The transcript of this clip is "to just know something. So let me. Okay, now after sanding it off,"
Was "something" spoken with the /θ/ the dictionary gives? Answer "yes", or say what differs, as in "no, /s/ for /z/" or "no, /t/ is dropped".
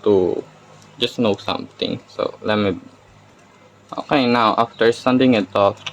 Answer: no, /t/ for /θ/